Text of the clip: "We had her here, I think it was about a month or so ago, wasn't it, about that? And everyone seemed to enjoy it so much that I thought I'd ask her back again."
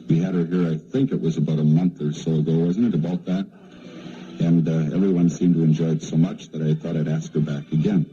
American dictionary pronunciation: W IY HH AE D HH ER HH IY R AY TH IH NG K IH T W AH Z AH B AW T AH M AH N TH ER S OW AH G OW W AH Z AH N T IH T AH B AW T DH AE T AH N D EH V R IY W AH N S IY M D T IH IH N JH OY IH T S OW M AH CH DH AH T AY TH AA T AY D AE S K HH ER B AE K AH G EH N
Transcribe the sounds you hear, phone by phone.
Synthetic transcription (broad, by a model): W IY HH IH D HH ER HH IY R AY TH IH NG K IH T W AH Z AH B AW T AH M AH N TH ER S OW AH G OW W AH Z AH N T IH T AH B AW T DH AE T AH N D EH V R IY W AH N S IY M T IH IH N JH OY IH T S OW M AH CH DH AH T AY TH AA T AY D AE S K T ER B AE K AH G EH N